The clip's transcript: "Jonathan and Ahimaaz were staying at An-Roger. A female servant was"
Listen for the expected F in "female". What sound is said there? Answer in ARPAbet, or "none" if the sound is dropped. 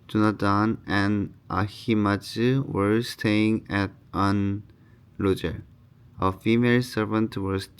F